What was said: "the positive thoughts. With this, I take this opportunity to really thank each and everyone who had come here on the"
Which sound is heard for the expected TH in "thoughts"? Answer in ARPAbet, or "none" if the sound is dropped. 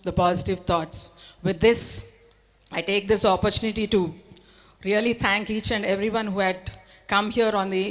T